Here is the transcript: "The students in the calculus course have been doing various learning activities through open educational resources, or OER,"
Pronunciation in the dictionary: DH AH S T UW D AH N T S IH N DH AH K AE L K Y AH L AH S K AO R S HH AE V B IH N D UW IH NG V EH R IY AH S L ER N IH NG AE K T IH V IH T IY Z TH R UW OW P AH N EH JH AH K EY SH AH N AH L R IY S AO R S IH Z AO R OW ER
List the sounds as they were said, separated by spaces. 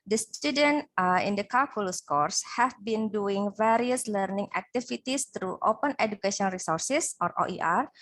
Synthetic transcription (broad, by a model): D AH S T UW D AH N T IH N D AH K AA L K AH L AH S K AO R S HH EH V B IH N D UW IH NG V EH R IY AH S L ER N IH NG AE K T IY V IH T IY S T R UW OW P AH N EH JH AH K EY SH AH AH N R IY S AO R S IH S AO R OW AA